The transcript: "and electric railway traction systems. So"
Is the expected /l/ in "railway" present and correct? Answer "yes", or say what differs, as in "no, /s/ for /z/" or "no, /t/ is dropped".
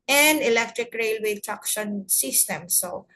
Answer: yes